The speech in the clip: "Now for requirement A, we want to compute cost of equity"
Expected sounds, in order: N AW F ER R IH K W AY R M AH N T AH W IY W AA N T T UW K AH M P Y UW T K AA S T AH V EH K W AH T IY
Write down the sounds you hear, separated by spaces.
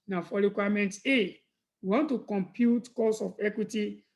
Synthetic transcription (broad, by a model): N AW F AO R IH K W AY M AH N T AH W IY W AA N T T UW K AH M P Y UW T K AA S AH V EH K W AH T IY